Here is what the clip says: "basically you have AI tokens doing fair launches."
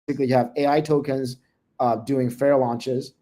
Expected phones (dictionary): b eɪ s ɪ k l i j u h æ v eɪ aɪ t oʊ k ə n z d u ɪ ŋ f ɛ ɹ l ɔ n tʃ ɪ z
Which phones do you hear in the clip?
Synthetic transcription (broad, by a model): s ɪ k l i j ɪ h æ v eɪ aɪ t oʊ k ə n z d u ɪ ŋ f ɛ ɹ l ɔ n tʃ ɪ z